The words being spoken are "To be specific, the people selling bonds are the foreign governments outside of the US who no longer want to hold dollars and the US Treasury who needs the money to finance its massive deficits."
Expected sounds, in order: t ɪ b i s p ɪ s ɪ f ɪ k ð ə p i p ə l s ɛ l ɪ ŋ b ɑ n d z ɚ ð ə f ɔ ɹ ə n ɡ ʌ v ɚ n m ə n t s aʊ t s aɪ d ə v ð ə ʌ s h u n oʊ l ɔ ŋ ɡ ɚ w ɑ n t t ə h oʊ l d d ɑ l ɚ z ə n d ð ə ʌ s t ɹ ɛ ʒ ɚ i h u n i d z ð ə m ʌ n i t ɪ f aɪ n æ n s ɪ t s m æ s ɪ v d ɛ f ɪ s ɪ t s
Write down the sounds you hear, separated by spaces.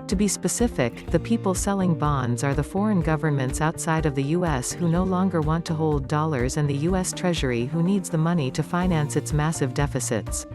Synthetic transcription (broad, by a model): t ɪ b i s p ɪ s ɪ f ɪ k ð ə p i p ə l s ɛ l ɪ ŋ b ɑ n d z ɚ ð ə f ɔ ɹ ə n ɡ ʌ v ɚ n m ə n t s aʊ t s aɪ d ə v ð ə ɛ s h u n oʊ l ɔ ŋ ɡ ɚ w ɑ n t t ə h oʊ l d d ɑ l ɚ z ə n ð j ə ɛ s t ɹ ɛ ʒ ɚ i h u n i d z ð ə m ʌ n i t ɪ f aɪ n æ n s ɪ t s m æ s ɪ v d ɛ f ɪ s ɪ t s